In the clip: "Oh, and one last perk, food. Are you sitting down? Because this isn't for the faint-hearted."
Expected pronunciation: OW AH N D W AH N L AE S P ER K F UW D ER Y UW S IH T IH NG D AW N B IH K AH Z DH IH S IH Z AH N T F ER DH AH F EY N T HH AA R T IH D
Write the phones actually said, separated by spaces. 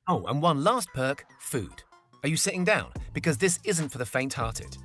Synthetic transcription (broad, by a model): OW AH N W AH N L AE S P ER K F UW D ER Y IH S IH T IH NG D AW N B IH K AH Z DH IH S IH Z AH N T F ER DH AH F EY N T HH AA R T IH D